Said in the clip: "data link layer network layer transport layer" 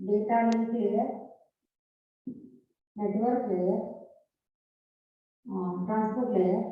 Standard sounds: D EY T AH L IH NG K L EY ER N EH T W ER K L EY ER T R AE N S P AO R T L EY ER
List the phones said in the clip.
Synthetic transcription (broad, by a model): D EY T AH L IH K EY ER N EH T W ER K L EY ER T R AE N S P AO R T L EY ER